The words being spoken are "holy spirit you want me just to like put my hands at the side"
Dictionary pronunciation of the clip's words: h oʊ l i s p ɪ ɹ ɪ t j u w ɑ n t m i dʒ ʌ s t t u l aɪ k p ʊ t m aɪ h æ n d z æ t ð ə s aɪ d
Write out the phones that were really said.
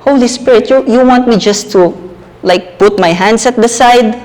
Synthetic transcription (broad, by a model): h oʊ l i s p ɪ ɹ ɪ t j u w ɑ n t m i dʒ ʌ s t t u l aɪ k p ʊ t m aɪ h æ n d s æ t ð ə s aɪ d